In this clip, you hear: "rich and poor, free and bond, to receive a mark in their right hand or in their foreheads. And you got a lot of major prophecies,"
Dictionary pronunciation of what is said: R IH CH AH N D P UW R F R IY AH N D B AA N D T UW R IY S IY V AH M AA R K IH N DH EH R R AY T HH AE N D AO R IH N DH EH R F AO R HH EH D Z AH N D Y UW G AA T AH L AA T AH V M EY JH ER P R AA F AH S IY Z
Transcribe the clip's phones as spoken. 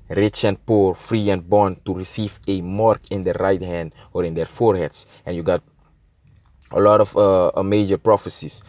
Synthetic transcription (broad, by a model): R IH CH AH N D P UW R F R IY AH N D B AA N T UW R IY S IY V AH M AA R K IH N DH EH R R AY T HH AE N D AO R IH N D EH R F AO R HH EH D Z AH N Y UW G AA T AH L AA T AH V M EY JH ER P R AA F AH S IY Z